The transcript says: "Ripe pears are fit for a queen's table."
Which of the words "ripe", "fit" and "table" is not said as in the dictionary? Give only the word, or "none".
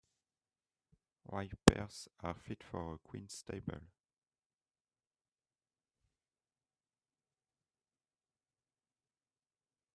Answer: ripe